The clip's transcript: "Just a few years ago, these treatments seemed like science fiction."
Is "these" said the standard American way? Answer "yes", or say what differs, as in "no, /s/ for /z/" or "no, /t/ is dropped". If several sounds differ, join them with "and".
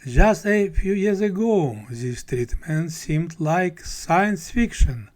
no, /s/ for /z/